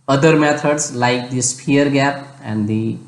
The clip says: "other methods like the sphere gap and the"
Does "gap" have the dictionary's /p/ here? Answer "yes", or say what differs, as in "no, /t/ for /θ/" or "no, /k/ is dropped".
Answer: yes